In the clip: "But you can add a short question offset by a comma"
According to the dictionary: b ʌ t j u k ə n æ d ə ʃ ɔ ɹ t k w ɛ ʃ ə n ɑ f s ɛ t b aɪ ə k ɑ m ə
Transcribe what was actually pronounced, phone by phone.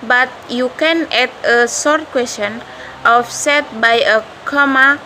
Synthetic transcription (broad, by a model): b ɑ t j u k ə n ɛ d ə s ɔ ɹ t k w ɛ s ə n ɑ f s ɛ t b aɪ ə k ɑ m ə